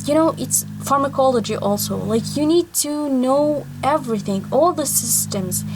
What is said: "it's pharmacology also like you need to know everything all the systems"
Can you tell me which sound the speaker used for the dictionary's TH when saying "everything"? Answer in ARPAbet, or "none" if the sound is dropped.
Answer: TH